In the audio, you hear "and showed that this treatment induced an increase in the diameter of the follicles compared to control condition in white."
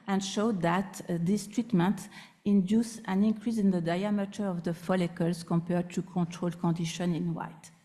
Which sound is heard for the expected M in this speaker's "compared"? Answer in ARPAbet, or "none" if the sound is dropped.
M